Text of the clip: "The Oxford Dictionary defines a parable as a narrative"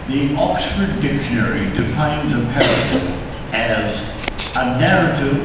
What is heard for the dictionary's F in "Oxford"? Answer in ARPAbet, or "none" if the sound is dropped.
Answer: F